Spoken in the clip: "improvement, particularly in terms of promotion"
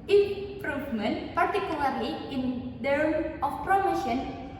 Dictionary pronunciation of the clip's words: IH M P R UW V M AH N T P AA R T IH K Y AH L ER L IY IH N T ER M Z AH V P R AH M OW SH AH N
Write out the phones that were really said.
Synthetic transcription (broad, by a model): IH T P R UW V M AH N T P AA R T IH K Y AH L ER L IY IH N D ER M AH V P R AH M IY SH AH N